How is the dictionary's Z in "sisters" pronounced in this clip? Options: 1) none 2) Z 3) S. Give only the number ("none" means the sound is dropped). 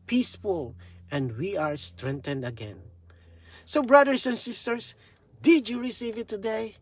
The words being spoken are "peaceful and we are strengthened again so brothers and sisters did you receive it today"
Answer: 3